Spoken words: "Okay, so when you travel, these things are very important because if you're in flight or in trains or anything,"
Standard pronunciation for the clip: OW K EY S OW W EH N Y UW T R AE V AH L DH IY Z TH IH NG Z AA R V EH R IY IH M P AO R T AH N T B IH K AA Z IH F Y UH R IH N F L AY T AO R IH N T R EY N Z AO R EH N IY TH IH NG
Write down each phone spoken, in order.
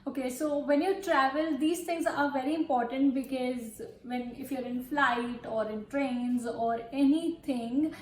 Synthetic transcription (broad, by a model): OW K EY S OW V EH N Y UW T R AE V AH L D IY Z T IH NG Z AA R V EH R IY IH M P AO R T AH N T B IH K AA Z IH F Y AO R IH N F L AY T AO R IH N T R EY N Z AO R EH N IY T IH NG